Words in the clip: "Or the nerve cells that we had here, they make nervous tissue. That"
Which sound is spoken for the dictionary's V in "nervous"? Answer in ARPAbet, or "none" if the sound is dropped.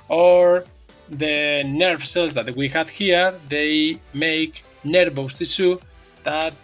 B